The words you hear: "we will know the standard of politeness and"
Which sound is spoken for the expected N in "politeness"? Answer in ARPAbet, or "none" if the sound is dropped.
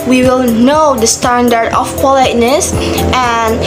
N